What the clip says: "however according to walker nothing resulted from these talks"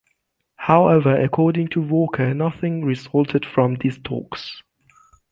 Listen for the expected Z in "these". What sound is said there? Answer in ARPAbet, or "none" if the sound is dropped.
S